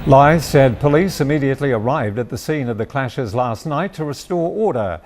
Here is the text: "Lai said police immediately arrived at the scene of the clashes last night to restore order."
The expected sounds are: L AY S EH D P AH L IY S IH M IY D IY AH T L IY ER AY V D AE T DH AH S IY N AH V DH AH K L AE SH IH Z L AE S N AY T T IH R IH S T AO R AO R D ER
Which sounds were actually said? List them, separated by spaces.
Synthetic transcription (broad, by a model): L AY S EH D P AH L IY S IH M IY D IY AH T L IY ER AY V D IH T DH AH S IY N AH V DH AH K L AE SH IH Z L AE S N AY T T IH R IH S T AO R AO R D ER